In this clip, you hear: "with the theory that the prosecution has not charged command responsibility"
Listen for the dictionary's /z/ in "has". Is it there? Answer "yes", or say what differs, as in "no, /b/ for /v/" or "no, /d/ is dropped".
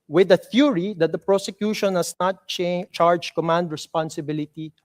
no, /s/ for /z/